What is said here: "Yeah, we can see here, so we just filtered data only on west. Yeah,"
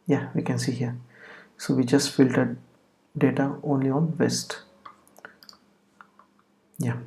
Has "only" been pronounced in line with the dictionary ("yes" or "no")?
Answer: yes